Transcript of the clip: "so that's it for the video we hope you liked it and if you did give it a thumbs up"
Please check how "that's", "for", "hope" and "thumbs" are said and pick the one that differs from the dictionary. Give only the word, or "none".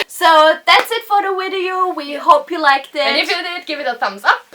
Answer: none